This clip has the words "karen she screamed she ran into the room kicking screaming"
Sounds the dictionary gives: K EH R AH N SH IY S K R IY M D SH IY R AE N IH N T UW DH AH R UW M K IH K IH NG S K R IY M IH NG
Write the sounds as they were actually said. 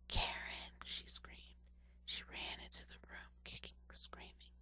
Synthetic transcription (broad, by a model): K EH R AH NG SH IY S K R IY M D SH IY R AE N IH N T UW DH AH R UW M K IH K IH NG S K R IY M IH NG